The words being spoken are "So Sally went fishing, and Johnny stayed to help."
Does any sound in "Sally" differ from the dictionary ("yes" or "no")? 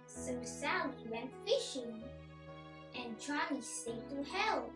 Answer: yes